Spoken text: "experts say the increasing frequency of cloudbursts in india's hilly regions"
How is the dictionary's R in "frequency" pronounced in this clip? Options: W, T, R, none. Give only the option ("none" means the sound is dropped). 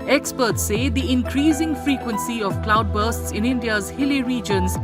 R